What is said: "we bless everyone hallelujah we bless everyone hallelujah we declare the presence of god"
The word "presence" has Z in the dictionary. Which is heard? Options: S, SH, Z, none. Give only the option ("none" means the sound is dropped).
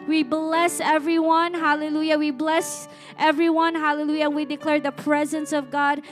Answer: Z